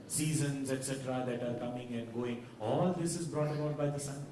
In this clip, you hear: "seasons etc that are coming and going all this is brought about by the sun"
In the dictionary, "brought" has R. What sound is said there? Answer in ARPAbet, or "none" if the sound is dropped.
R